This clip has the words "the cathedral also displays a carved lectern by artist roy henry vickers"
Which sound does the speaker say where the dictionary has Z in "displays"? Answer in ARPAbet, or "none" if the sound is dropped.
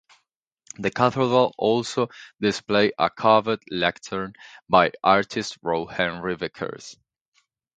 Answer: none